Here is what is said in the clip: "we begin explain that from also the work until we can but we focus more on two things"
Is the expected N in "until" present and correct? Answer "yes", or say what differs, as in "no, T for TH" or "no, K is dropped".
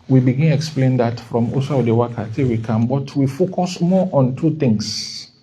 no, N is dropped